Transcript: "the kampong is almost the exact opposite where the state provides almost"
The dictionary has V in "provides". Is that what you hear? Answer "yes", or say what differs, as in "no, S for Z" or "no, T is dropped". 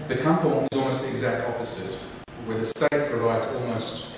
yes